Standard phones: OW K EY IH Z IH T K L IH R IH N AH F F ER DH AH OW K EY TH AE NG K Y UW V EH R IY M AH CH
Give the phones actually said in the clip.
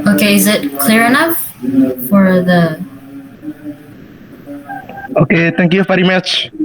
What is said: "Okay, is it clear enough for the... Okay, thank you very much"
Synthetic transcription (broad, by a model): OW K EY IH Z IH T K L IH R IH N AH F F ER DH AH OW K EY T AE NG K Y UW F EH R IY M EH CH